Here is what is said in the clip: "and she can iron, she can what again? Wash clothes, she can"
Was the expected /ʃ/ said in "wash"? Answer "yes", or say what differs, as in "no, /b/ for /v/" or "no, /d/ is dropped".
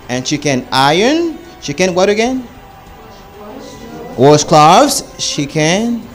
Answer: no, /s/ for /ʃ/